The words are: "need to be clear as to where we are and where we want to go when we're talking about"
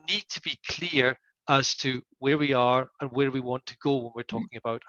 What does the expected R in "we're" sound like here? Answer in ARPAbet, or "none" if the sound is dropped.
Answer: R